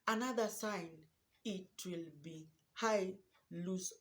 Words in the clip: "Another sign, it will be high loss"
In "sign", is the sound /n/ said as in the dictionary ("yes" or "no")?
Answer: yes